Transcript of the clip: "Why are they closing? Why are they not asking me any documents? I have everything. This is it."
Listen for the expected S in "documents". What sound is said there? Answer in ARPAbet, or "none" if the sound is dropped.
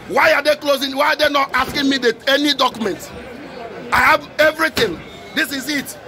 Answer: none